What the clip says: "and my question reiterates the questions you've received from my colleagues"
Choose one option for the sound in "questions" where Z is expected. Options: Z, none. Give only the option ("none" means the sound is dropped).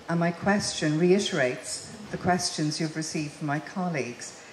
Z